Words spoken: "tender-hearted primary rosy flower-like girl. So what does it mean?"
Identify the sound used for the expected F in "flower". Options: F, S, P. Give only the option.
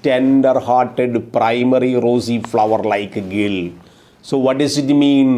F